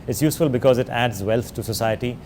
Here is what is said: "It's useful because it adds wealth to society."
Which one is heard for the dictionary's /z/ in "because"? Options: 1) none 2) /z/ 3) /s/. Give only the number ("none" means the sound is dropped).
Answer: 2